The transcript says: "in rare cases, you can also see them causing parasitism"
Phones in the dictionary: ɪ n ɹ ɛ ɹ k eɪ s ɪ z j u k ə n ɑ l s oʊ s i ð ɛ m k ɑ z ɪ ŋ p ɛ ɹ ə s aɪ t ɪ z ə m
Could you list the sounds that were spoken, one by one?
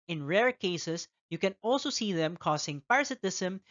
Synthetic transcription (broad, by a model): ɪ n ɹ ɛ ɹ k eɪ s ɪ s j u k ə n ɑ l s oʊ s i ð ɛ m k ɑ s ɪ ŋ p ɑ ɹ s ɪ t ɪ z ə m